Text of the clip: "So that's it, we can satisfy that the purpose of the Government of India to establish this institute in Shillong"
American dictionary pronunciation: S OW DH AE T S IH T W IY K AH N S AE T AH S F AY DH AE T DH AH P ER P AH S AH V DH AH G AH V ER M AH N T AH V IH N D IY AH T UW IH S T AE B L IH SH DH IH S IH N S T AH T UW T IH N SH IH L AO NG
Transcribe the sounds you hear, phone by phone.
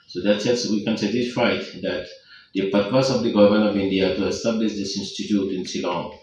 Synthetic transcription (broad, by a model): S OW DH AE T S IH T W IY K AH N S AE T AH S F AY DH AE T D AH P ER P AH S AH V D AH G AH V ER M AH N AH V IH N D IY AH T UW IH S T AE B L IH SH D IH S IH N S T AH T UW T IH N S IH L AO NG